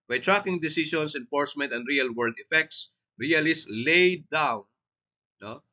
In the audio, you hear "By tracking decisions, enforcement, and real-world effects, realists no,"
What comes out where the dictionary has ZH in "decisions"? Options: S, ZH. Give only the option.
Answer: S